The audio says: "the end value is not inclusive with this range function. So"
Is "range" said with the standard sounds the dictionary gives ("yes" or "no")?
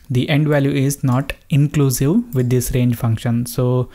yes